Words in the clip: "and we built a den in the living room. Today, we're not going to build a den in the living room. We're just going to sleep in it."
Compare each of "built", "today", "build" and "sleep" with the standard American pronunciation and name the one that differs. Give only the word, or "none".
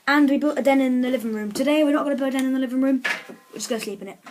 build